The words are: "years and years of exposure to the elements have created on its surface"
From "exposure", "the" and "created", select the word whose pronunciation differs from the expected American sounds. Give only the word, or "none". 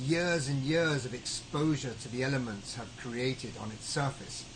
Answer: none